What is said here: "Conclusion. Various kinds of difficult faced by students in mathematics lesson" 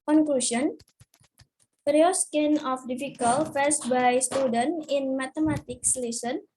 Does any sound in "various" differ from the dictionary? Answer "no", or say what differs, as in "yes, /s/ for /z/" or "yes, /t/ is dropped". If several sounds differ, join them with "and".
yes, /p/ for /v/